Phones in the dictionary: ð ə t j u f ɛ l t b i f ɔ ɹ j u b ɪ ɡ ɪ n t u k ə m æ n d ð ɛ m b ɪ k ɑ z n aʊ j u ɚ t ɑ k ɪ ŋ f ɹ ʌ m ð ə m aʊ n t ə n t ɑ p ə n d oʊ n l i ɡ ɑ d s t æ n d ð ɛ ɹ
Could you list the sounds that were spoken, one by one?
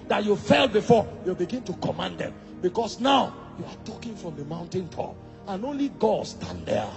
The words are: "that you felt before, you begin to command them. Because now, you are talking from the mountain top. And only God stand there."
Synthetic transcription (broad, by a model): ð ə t j u f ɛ l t b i f ɔ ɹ j u b ɪ ɡ ɪ n t u k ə m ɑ n d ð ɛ m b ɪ k ɑ s n aʊ j u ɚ t ɑ k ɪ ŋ f ɹ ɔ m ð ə m aʊ n t ə n t ɑ p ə n oʊ n l i ɡ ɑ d s t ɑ n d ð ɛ